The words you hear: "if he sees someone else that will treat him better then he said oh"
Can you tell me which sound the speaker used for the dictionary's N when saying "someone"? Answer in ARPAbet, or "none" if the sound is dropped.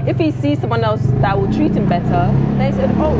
N